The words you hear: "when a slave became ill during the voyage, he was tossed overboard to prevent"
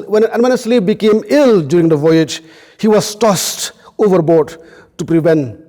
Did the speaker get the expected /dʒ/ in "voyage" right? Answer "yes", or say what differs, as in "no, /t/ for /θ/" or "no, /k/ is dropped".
yes